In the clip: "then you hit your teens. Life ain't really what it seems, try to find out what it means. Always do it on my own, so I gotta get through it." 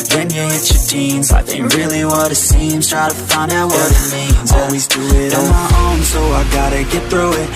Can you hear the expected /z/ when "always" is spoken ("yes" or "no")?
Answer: yes